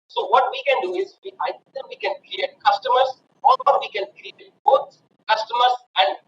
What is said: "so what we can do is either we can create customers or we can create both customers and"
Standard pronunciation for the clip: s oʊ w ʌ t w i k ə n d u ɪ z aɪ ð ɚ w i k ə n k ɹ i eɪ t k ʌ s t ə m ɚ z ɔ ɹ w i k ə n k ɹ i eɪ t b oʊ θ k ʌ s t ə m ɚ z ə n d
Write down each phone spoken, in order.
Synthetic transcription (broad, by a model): s oʊ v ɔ t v i k ə n d u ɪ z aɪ ɚ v i k ə n k ɹ i eɪ t k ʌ s t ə m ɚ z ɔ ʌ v i k ə n k ɹ i eɪ t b oʊ t k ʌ s t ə m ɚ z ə n d